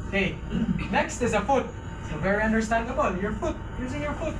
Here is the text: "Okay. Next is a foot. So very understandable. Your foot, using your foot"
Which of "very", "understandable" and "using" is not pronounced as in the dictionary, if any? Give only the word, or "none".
none